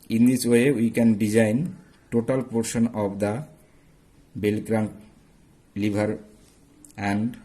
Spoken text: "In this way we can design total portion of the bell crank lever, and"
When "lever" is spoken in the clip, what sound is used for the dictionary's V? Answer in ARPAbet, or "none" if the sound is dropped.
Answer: B